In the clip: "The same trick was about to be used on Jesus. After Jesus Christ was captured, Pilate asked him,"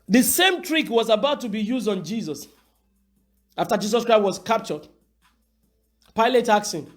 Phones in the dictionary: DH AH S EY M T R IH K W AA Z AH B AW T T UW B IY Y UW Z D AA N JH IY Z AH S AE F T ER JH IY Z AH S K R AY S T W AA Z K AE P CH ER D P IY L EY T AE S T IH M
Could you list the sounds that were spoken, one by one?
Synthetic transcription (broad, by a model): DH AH S EY M T R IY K W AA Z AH B AW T T UW B IY Y UW Z D AA N JH IY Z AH S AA F T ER JH IY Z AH S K R AY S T W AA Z K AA P CH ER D P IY L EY T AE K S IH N